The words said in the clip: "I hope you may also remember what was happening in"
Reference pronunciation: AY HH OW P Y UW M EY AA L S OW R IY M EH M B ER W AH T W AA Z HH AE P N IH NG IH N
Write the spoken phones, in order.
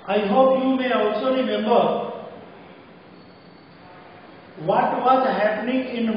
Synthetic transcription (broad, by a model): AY HH OW P Y UW M EY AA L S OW R IY M EH M B ER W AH T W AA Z HH AE P N IH NG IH N